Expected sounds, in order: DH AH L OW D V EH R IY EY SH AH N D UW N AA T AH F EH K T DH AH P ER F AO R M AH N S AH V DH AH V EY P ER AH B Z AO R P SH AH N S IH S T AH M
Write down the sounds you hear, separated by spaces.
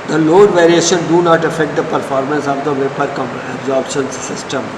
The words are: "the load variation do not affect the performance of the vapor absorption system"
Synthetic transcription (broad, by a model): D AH L OW D V EH R IY EY SH AH N D UW N AA T AH F EH K T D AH P ER F AO R M AH N S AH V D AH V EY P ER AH B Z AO R B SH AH N S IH S T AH M